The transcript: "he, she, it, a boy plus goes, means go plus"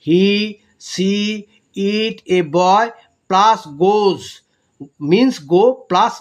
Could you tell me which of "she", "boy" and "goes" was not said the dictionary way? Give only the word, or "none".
she